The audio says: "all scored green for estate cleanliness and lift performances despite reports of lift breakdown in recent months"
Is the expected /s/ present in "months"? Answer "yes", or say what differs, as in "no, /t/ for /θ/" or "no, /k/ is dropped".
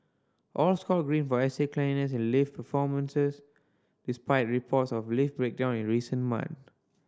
no, /s/ is dropped